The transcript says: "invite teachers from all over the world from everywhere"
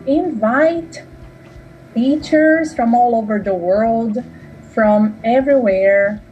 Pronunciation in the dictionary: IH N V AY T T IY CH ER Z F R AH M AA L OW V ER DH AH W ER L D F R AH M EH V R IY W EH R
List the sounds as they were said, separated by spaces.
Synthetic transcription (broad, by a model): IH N V AY T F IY CH ER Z F R AH M AA L OW V ER DH AH W ER L D F R AH M EH V R IY W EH R